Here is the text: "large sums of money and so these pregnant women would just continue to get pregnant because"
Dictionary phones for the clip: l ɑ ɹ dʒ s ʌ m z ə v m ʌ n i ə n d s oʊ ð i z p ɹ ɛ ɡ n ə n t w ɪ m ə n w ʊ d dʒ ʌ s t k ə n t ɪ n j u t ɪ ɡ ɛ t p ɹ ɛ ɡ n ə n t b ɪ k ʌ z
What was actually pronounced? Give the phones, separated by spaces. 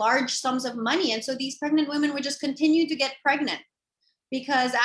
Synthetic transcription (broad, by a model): ɑ ɹ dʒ s ʌ m z ə v m ʌ n i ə n s oʊ ð i z p ɹ ɛ ɡ n ə n t w ɪ m ə n w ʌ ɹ dʒ ʌ s k ə n t ɪ n j u t ɪ ɡ ɛ t p ɹ ɛ ɡ n ə n t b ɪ k ʌ z